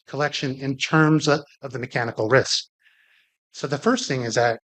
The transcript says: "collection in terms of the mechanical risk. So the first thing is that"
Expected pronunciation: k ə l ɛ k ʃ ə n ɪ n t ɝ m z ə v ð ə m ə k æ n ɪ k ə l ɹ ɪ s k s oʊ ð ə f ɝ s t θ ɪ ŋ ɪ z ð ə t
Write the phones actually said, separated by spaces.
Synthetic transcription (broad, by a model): k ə l ɛ k ʃ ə n ɪ n t ɝ m z ə v ð ə m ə k æ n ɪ k l ɹ ɪ s k s oʊ ð ə f ɝ s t θ ɪ ŋ ɪ z ð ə t